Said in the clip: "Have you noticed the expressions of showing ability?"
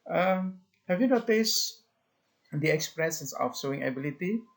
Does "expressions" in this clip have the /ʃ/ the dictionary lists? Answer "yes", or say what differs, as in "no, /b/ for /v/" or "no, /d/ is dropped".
no, /s/ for /ʃ/